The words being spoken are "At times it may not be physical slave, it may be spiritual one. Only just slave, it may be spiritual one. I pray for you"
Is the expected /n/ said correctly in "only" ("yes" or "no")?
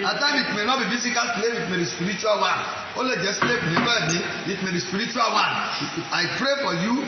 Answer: no